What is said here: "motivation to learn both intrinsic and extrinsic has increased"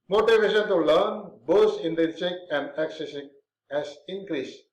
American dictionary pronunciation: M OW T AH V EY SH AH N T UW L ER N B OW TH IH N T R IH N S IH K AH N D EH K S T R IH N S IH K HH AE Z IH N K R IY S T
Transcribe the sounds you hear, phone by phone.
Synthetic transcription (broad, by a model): M OW T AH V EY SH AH N T UW L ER N B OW T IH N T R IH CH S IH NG AH N D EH K S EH S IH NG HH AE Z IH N K R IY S